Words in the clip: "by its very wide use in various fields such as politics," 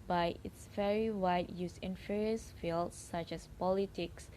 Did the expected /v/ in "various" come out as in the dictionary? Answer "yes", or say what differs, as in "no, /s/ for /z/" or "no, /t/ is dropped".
no, /f/ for /v/